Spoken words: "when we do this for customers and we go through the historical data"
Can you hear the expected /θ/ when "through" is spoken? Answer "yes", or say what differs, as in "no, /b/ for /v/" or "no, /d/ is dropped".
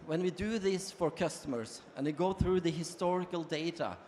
yes